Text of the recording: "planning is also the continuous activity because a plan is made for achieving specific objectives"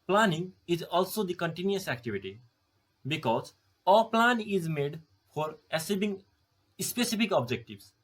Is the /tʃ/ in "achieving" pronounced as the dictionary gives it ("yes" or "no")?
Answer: no